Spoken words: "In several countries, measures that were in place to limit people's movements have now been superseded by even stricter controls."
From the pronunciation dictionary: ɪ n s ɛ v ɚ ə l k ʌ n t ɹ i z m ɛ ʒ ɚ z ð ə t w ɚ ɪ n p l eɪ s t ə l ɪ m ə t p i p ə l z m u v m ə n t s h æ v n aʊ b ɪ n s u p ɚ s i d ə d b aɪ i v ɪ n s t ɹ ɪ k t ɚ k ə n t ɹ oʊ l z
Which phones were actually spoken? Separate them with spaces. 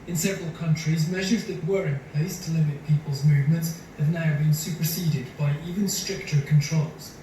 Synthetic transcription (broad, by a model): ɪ n s ɛ v ɚ ə l k ʌ n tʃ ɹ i z m ɛ ʒ ɚ z ð ə t w ɚ ɪ n p l eɪ s t ə l ɪ m ə t p i p ə l z m u v m ə n t s h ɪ v n aʊ b ɪ n s u p ɚ s i d ə d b aɪ i v ɪ n s t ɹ ɪ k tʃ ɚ k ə n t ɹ oʊ l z